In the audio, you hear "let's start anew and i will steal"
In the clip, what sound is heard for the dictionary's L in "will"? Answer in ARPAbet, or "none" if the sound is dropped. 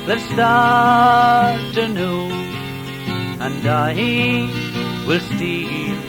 L